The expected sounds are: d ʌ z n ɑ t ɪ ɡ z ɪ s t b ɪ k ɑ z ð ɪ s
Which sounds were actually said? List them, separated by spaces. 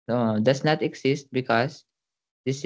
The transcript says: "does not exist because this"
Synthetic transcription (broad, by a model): d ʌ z n ɑ t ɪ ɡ s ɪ s t b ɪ k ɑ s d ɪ s